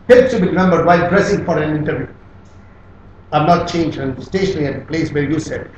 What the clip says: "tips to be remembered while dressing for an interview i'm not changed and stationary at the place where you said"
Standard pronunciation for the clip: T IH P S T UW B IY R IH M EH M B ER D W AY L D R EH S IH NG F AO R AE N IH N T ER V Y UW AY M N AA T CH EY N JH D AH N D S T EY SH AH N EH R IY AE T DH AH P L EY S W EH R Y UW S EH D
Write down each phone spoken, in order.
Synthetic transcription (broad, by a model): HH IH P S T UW B IY R IH M EH M B ER D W AY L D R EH S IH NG F AO R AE N IH N T ER V Y UW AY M N AA T CH EY N JH AH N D S T EY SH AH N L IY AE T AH P L EY S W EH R Y UW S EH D